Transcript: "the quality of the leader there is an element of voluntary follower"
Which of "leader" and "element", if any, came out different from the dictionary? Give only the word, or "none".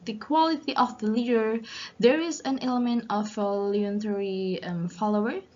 none